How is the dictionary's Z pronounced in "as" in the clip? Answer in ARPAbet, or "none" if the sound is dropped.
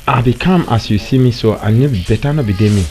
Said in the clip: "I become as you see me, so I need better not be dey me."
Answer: S